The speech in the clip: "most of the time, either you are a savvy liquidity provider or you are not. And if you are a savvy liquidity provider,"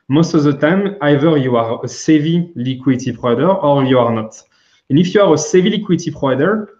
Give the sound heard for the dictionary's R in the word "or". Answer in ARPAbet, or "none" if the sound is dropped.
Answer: R